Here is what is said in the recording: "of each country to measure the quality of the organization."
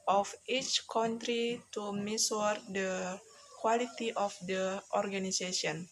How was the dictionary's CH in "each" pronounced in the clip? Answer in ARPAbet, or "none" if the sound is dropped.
CH